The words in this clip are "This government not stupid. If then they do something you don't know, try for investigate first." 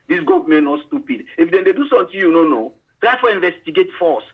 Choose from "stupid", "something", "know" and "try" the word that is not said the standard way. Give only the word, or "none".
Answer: something